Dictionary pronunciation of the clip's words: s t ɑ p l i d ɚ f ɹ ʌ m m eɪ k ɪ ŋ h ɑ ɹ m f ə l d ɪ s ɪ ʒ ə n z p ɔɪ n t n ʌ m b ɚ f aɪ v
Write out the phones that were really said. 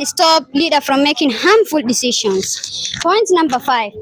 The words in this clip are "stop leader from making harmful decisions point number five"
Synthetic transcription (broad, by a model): s t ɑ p l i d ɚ f ɹ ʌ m m eɪ k ɪ ŋ h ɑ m f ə l d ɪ s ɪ ʃ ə n s p ɔɪ n t n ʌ m b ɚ f aɪ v